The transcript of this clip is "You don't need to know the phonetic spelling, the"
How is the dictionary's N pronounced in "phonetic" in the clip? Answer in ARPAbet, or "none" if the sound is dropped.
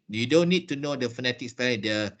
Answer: N